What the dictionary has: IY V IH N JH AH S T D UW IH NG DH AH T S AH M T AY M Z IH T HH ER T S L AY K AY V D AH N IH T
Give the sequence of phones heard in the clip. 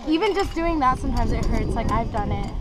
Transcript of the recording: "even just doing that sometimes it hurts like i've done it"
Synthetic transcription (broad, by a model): IY V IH N JH AH S D UW IH NG DH AH T S AH M T AY M Z IH T HH ER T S L AY K AY V D AH N IH T